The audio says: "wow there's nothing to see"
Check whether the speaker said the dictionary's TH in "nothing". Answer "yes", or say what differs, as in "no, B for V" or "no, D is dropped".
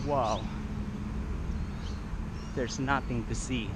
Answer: yes